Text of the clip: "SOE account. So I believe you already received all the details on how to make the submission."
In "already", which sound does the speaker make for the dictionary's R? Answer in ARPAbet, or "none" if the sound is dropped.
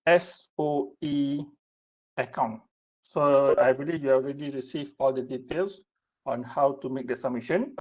R